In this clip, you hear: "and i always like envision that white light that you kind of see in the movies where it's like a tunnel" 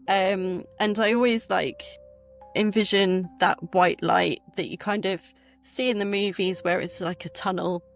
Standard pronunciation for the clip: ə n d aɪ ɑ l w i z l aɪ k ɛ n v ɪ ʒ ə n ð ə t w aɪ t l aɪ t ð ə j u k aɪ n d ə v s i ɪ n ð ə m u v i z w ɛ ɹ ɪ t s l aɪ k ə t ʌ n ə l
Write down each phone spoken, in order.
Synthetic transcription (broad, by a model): ə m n aɪ ɑ l w i z l aɪ k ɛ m v ɪ ʒ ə n ð ə t w aɪ t l aɪ t ð ə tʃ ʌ k aɪ n d ə v s i ɪ n ð ə m u v i z w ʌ ɹ ɪ t s l aɪ k ə t ʌ n ə l